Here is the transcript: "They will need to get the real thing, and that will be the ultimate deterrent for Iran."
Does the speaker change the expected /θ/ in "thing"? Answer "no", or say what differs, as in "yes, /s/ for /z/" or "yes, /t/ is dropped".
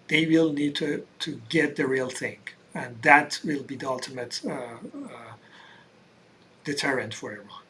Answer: no